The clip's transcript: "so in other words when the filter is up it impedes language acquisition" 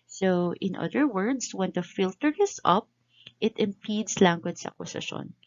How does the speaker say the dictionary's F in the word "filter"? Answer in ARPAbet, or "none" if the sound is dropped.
F